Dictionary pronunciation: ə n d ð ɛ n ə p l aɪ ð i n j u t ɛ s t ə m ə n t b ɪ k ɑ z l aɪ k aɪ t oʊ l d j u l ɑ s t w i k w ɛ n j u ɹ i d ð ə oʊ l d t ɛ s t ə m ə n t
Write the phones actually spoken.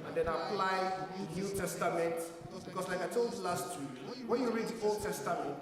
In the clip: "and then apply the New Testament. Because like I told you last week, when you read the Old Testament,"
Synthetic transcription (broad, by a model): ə n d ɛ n ə p l aɪ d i n j u t ɛ s t ə m ə n t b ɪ k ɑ s l aɪ k aɪ t oʊ l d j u l ɑ s t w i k w ɛ n j u ɹ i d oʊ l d t ɛ s t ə m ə n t